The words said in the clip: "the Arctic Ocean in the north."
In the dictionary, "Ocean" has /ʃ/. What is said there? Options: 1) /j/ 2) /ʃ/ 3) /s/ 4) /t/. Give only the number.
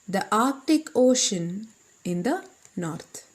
2